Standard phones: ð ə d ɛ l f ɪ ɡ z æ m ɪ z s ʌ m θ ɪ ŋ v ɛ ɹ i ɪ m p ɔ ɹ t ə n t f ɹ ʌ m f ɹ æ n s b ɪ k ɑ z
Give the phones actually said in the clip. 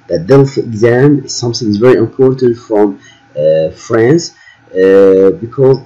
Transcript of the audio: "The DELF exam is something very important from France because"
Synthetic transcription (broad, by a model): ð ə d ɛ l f ɪ ɡ z æ m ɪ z s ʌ m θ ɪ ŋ v ɛ ɹ i ɪ m p ɔ ɹ t ə n t f ɹ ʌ m f ɹ æ n s b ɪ k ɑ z